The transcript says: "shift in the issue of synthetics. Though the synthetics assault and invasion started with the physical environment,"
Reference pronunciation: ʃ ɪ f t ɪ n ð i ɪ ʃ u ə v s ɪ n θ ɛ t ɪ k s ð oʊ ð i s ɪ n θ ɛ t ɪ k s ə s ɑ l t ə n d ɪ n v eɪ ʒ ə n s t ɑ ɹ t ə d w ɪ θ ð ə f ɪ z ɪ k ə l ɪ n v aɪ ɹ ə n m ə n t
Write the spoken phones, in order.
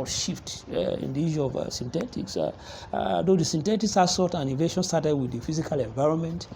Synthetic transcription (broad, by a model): ʃ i f t ɪ n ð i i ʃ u ə v s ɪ n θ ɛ t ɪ k s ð oʊ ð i s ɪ n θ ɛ t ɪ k s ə s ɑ t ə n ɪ v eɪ ʃ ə n s t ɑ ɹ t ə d w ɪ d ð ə f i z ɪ k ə l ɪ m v aɪ ɹ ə n m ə n t